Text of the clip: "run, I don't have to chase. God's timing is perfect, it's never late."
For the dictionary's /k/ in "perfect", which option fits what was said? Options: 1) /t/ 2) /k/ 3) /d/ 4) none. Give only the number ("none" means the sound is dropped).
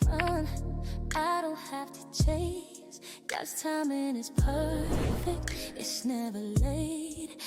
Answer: 2